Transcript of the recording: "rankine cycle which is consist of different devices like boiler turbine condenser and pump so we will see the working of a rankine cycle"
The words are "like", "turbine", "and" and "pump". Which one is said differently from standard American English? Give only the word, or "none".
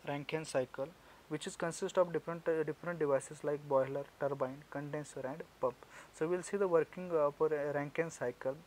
none